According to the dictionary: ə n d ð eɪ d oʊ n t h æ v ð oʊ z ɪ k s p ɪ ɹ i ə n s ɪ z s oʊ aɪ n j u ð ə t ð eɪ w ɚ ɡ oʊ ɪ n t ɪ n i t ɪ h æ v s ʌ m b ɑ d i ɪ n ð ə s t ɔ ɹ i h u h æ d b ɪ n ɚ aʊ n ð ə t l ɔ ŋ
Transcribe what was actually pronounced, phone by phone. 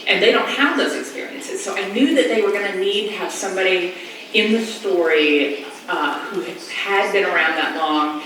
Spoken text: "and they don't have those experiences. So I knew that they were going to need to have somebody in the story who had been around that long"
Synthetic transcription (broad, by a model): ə n ð eɪ d oʊ n t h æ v ð oʊ z ɪ k s p ɪ ɹ i ə n s ɪ z s oʊ aɪ n j u ð ə t ð eɪ w ɚ ɡ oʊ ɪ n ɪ n i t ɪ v s ʌ m b ɑ d i ɪ n ð ə s t ɔ ɹ i h u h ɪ d b ɪ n ɚ aʊ n ð ə t l ɔ ŋ